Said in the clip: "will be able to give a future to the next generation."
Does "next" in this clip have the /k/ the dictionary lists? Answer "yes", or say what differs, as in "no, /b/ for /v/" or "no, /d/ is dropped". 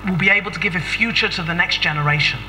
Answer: yes